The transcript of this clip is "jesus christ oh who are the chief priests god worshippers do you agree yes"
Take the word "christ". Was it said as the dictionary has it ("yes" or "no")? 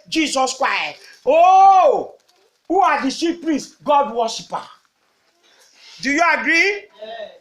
yes